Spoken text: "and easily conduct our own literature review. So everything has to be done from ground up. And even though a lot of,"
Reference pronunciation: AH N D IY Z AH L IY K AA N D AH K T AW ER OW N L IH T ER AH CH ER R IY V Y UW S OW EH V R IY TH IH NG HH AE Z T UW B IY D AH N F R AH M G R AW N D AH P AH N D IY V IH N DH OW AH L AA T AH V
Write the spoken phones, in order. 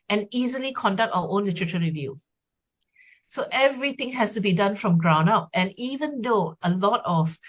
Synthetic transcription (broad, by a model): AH N IY Z AH L IY K AA N D AH K T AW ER OW N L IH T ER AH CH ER R IY V Y UW S OW EH V R IY T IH NG HH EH S T UW B IY D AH N F R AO M G R AW N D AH P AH N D IY V IH N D OW AH L AA T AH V